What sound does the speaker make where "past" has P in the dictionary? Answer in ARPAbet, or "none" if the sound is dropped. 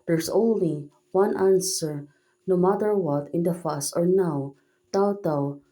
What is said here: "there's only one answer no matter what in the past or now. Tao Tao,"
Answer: F